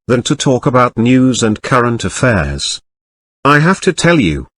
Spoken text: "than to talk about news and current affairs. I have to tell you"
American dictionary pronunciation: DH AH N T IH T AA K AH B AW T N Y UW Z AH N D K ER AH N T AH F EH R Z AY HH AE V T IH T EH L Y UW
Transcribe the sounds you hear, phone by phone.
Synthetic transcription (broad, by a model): DH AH N T IH T AA K AH B AW T N Y UW Z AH N K ER AH N T AH F EH R Z AY HH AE F T IH T EH L Y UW